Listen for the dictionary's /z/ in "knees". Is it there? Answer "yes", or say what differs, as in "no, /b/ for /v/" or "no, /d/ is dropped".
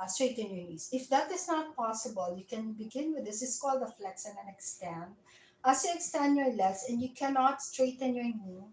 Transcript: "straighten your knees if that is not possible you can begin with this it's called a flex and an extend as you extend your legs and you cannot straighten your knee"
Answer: no, /s/ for /z/